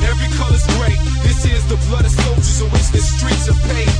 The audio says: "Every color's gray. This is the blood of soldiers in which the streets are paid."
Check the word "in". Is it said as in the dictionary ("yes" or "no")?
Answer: no